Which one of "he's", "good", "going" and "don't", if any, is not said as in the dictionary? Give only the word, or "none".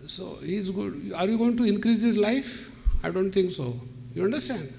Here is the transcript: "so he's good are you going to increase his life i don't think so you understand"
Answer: good